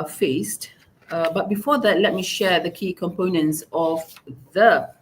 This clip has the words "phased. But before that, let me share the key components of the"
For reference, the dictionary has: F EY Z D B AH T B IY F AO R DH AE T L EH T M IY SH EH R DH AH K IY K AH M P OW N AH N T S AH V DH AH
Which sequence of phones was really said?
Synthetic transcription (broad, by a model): F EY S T B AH T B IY F AO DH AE T L EH T M IY SH EH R DH AH K IY K AH M P OW N AH N T S AH V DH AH